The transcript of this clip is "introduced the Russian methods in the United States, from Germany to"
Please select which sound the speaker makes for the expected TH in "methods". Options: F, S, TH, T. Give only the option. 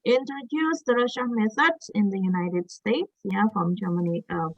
S